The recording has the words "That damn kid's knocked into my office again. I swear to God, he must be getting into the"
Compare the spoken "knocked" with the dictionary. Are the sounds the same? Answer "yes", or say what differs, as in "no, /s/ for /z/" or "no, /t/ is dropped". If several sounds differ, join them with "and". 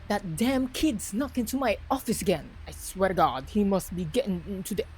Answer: no, /t/ is dropped